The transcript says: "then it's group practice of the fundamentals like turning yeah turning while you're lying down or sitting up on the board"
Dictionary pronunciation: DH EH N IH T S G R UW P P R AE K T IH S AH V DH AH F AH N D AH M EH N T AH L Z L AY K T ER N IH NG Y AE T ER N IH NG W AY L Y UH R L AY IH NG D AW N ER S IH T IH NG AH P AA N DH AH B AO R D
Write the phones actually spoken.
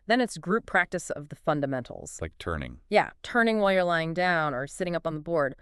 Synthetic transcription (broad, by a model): DH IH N IH T S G R UW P P R AE K T IH S AH V DH AH F AH N D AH M EH N T L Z L AY K T ER N IH NG Y AE T ER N IH NG W AY L Y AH R L AY IH NG D AW N ER S IH T IH NG AH P N DH AH B AO R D